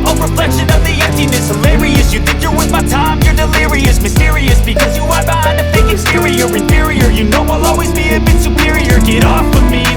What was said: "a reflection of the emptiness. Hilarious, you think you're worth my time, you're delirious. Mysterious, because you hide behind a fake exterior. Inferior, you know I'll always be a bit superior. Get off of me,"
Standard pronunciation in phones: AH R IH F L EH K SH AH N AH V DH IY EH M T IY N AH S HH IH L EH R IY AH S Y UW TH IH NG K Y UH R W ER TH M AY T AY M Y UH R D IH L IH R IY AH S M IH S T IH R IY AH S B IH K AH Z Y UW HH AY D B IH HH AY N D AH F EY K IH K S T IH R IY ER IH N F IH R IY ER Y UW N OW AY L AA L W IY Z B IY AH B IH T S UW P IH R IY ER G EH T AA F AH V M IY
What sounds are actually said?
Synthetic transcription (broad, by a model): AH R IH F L EH K SH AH N AH V DH IY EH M T IY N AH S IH L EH R IY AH S Y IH TH IH NG K Y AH R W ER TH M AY T AY M Y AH R D IH L IH R IY AH S M IH S T IH R IY AH S B IH K AH Z Y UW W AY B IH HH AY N AH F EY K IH S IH R IY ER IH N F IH R IY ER Y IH N OW AY L AA L W IY Z B IY AH B IH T S UW P IH R IY ER G EH T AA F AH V M IY